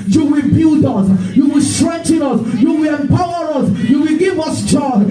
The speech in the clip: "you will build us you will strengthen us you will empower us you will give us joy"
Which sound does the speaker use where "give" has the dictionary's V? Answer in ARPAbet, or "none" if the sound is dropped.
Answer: V